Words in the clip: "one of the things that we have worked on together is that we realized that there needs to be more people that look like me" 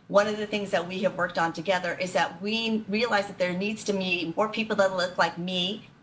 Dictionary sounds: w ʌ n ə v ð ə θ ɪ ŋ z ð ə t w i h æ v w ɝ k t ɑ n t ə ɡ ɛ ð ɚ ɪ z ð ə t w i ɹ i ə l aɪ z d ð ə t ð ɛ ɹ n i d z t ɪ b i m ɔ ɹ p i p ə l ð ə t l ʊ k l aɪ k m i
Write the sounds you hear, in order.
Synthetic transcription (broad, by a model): w ʌ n ə v ð ə θ ɪ ŋ z ð ə t w i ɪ v w ɝ k t n t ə ɡ ɛ ð ɚ ɪ z ð ə t w i ɹ i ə l aɪ z ð ə t ð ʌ ɹ n i d z t ɪ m i m ɔ ɹ p i p l ð ə t l ʊ k l aɪ k m i